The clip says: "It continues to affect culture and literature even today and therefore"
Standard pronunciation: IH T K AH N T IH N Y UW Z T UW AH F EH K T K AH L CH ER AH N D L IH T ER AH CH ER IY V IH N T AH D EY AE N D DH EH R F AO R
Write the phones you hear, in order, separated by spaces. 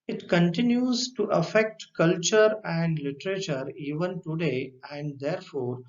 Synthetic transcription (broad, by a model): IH T K AH N T IH N Y UW Z T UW AH F EH K T K AH L CH ER AH N D L IH T ER AH CH ER IY V IH N T AH D EY AE N D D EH R F AO R